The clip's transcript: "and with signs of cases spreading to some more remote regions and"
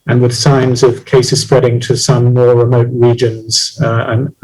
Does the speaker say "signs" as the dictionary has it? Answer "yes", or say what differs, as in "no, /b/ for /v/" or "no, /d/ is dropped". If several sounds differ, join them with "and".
yes